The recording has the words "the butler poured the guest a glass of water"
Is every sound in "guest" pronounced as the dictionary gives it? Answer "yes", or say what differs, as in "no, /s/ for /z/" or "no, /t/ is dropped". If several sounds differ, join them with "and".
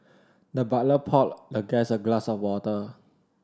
no, /t/ is dropped